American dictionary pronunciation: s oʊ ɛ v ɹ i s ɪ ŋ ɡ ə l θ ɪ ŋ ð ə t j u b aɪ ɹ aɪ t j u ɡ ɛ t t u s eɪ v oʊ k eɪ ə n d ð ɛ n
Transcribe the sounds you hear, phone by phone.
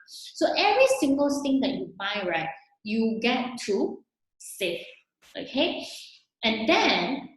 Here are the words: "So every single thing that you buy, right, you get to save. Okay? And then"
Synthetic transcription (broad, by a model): s oʊ ɛ v ɹ i s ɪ ŋ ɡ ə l t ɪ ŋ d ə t j u b aɪ ɹ aɪ t j u ɡ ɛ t t u s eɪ f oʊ k eɪ ə n d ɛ n